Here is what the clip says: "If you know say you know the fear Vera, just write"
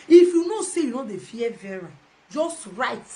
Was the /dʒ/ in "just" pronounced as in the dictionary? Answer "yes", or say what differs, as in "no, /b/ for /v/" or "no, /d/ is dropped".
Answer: yes